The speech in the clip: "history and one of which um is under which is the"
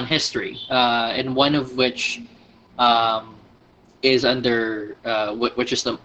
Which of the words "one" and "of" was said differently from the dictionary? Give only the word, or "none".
none